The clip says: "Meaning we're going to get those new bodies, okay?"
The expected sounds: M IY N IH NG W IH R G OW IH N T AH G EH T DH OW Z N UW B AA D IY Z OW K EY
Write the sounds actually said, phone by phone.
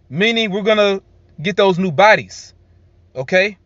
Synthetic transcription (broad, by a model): M IY N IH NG W IH R G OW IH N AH G EH T DH OW Z N UW B AA D IY Z OW K EY